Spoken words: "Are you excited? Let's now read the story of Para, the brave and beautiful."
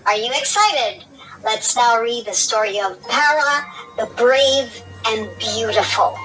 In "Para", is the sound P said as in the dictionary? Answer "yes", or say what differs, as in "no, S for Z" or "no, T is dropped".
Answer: yes